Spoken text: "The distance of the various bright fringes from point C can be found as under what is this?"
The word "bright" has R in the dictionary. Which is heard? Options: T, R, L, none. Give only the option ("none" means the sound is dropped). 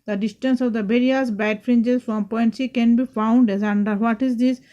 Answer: none